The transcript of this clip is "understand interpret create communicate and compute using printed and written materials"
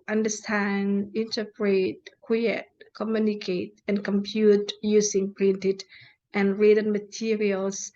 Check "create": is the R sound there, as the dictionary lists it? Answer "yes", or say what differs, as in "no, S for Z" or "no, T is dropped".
no, W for R